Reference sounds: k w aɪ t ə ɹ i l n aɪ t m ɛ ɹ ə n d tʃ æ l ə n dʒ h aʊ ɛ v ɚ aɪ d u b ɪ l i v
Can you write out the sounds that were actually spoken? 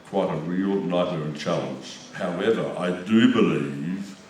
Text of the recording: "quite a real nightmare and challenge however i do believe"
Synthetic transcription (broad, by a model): k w aɪ t ə ɹ i l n aɪ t ʌ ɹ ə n tʃ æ l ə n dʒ h aʊ ɛ v ɚ aɪ d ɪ b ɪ l i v